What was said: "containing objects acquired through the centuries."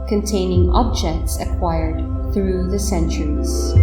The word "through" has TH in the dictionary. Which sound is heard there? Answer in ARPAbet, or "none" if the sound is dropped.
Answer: TH